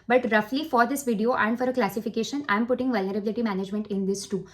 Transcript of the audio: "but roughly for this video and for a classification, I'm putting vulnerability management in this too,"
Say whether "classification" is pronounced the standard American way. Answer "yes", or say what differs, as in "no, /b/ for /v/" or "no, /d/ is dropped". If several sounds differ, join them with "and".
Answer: yes